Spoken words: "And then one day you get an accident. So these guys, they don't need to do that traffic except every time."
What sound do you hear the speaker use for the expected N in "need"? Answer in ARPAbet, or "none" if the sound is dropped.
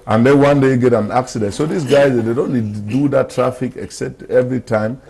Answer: L